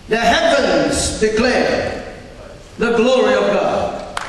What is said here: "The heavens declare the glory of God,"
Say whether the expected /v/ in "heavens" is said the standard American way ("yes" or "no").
no